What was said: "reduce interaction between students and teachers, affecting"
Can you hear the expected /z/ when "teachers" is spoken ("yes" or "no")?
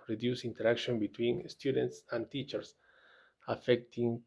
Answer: no